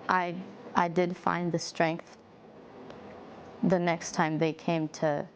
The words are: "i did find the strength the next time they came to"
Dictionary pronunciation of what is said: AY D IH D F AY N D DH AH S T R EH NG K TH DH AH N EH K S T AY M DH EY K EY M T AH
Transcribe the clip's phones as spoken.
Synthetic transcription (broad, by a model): AY D IH D F AY N DH AH S T R EH NG K TH DH AH N EH K S T AY M DH EY K EY M T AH